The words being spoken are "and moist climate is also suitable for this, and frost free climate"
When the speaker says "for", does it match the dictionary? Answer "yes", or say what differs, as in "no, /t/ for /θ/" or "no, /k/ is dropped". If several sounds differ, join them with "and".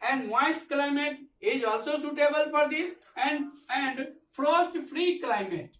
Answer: no, /p/ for /f/